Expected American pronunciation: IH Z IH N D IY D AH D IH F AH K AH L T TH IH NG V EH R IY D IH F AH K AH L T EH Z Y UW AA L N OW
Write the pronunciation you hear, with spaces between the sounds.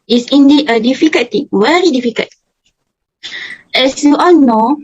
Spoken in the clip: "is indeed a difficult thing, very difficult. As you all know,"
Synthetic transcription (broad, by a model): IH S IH N D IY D AH D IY F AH K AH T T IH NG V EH R IY D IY F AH K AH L T EH S Y UW AA L N OW